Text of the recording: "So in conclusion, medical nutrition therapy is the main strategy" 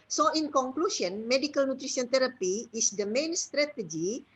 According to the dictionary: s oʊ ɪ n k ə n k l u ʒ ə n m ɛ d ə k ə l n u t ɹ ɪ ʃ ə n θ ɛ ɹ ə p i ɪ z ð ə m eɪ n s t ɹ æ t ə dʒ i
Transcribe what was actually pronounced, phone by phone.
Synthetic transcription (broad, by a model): s oʊ ɪ n k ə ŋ k l u s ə n m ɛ d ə k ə l n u t ɹ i s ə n t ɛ ɹ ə p i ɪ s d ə m eɪ n s t ɹ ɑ t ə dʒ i